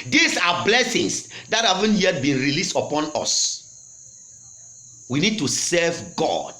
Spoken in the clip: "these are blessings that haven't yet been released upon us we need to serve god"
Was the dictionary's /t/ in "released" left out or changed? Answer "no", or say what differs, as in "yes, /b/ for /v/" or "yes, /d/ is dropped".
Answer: no